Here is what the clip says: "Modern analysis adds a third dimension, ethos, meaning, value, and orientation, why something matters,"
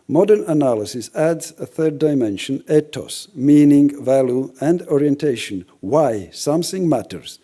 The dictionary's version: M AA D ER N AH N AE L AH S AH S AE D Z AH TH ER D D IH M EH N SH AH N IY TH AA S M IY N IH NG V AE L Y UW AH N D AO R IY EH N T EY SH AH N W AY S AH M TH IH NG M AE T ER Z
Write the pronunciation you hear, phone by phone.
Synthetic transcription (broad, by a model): M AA D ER N AH N AE L AH S AH S AE D Z AH TH ER D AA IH M EH N SH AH N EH T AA S M IY N IH NG V AE L Y UW AH N D AO R IY EH N T EY SH AH N W AY S AH M TH IH NG M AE T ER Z